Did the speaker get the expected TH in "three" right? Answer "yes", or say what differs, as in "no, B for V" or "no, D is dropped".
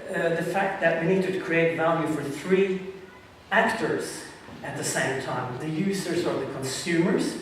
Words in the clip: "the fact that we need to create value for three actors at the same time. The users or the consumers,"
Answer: yes